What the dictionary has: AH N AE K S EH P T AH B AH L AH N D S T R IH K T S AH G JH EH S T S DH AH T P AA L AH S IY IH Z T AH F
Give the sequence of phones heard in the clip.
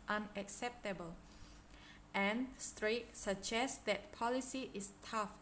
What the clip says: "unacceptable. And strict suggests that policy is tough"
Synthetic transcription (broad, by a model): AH N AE K S EH P T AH B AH L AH N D S T R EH T S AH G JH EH S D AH T P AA L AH S IY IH S T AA F